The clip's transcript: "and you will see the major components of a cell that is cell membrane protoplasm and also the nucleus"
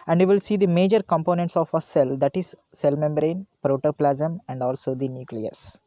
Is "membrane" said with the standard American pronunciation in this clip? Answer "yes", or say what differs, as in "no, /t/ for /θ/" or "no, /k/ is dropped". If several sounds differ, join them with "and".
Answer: yes